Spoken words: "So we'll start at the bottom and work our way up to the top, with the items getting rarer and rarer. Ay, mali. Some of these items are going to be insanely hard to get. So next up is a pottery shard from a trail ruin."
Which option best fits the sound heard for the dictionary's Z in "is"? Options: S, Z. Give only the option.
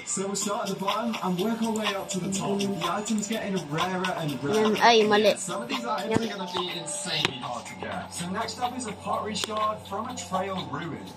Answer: Z